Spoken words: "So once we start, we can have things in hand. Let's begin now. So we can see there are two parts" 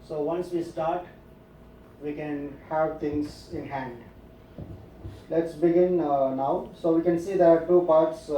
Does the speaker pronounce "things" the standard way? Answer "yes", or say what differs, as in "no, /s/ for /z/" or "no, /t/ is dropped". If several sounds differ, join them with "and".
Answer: no, /t/ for /θ/